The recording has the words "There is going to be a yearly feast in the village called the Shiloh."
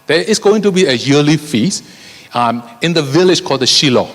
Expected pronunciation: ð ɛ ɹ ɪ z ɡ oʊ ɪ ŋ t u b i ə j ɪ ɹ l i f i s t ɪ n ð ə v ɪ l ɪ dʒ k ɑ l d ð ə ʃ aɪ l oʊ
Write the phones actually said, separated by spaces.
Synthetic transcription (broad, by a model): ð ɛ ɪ s ɡ oʊ ɪ ŋ t u b i ə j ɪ l i f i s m ɪ n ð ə v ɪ l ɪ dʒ k ɑ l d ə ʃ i l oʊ